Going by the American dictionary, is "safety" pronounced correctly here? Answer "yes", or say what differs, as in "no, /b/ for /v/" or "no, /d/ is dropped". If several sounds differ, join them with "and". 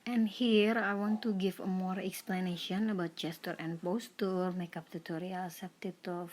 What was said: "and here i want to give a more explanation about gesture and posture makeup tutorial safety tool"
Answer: no, /p/ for /f/